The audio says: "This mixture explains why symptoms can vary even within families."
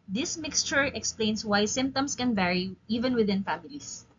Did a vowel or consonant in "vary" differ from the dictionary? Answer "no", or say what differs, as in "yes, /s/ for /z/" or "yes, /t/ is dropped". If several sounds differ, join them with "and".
no